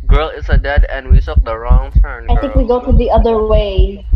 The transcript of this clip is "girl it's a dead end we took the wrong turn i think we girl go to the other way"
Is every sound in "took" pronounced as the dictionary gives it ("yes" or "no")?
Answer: no